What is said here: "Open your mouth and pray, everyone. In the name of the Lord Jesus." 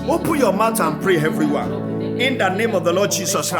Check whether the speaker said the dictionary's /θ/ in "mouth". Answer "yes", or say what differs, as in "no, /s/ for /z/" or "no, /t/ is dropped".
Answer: no, /t/ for /θ/